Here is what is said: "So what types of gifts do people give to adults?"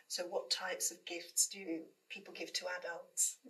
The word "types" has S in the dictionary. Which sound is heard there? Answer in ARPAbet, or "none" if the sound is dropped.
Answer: S